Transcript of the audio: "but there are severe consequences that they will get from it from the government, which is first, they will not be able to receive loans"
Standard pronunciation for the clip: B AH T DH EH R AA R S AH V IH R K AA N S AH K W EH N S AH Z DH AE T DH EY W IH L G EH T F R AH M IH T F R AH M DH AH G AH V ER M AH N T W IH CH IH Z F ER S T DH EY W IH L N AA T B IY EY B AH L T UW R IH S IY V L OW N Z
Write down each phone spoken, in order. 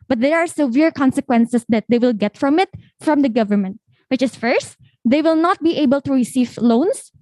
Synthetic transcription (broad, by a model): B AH T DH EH R AA R S AH V IH R K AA N S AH K W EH N S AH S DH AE T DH EY W IH L G EH T F R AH M IH T F R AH M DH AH G AH V ER M AH N T W IH CH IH S F ER S T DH EY W IH L N AA T B IY EY B AH L T UW R IH S IY V L OW N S